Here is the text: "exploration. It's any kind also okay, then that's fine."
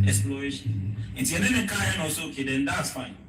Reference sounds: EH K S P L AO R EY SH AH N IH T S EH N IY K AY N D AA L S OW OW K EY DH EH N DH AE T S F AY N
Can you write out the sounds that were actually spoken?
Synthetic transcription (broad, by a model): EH K S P L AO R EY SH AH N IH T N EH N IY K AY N AA S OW OW K EY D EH N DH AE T S F AY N